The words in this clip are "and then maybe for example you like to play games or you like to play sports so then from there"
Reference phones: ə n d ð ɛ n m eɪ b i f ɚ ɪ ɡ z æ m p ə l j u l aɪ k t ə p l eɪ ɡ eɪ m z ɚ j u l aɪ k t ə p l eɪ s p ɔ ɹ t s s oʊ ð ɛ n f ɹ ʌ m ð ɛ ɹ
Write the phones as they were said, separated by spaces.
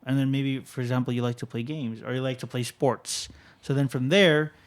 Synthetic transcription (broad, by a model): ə n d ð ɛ n m eɪ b i f ɚ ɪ ɡ z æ m p l j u l aɪ k t ə p l eɪ ɡ eɪ m z ɚ j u l aɪ k t ə p l eɪ s p ɔ ɹ t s s oʊ ð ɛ n f ɹ ʌ m ð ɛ ɹ